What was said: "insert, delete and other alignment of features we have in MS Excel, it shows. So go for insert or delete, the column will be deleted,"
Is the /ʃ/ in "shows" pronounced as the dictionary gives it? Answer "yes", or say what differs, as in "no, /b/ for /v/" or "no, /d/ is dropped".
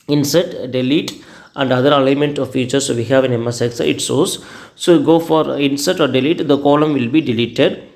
no, /s/ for /ʃ/